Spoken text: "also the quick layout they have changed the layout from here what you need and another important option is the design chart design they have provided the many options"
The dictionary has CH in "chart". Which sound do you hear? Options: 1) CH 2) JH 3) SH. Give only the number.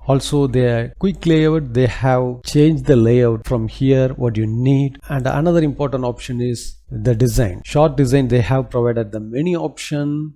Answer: 3